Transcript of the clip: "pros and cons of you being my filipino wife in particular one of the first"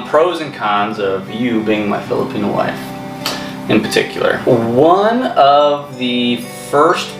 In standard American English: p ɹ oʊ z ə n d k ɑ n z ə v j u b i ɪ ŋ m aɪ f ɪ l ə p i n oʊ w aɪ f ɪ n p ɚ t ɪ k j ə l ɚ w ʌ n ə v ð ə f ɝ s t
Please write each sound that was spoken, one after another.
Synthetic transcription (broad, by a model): p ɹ oʊ z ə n k ɑ n z ə v j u b i ɪ ŋ m aɪ f ɪ l ə p i n oʊ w aɪ f ɪ n p ɚ t ɪ k j l ɚ w ʌ n ə v ð ə f ɝ s t